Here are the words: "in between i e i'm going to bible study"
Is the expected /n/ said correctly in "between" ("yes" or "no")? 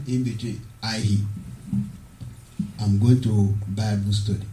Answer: no